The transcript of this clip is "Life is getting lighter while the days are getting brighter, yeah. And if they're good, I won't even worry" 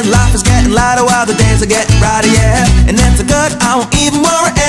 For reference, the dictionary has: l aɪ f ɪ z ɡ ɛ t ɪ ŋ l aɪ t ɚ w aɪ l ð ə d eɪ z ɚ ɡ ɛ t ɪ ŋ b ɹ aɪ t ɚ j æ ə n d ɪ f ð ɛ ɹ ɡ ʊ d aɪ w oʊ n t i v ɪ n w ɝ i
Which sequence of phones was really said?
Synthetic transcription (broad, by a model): l aɪ f ɪ z ɡ ɛ t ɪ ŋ l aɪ t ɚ w aɪ l ð ə d eɪ z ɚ ɡ ɛ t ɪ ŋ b ɹ aɪ t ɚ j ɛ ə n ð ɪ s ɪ ɡ ʊ d aɪ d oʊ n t i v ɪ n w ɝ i